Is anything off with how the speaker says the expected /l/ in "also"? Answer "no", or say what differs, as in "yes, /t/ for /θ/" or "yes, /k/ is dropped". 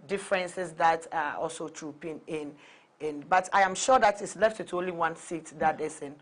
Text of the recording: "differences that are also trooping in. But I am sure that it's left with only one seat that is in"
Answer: no